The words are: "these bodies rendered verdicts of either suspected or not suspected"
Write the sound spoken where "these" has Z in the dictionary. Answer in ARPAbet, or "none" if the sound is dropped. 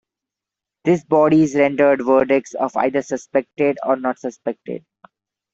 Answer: S